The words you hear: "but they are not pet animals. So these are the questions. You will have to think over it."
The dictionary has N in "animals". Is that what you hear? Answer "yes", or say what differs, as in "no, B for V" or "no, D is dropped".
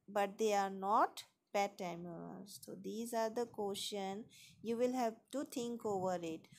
no, N is dropped